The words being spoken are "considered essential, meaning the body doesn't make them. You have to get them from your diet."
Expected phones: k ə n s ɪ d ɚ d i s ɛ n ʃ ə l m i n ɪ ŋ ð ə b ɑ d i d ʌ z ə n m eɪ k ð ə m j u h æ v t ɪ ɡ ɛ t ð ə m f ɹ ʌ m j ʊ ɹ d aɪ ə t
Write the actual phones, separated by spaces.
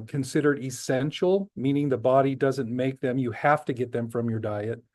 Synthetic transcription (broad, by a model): k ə n s ɪ d ɚ d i s ɛ n ʃ l m i n ɪ ŋ ð ə b ɑ d i d ʌ z ə n m eɪ k ð ə m j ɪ h æ f t ɪ ɡ ɛ t ð ə m f ɹ ʌ m j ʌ ɹ d aɪ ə t